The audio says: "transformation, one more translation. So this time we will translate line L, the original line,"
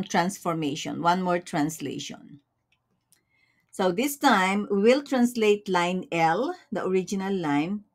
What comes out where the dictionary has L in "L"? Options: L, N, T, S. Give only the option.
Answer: L